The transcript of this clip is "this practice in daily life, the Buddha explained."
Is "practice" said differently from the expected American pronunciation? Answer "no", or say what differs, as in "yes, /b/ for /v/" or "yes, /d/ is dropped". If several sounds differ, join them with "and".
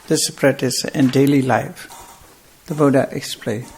yes, /k/ is dropped